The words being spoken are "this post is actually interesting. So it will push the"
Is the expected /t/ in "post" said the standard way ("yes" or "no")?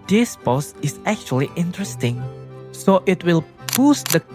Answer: no